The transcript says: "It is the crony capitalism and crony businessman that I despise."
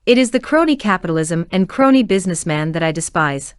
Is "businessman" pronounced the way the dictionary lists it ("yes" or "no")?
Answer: yes